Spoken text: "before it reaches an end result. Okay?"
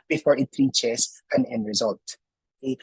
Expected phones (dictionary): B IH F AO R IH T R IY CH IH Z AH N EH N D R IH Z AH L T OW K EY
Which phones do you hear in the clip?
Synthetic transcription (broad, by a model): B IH F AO R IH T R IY CH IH S AH N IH N R IH Z AH L T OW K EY